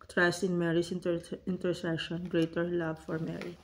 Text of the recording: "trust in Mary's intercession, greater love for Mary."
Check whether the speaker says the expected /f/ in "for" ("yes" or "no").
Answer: yes